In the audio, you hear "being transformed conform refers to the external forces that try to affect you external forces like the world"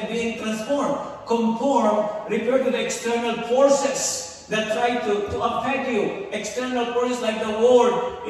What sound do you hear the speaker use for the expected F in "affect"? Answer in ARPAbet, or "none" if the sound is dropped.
P